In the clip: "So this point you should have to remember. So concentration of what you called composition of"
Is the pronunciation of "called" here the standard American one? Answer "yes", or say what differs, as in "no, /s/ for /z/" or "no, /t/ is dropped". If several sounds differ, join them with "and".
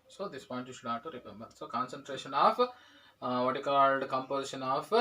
yes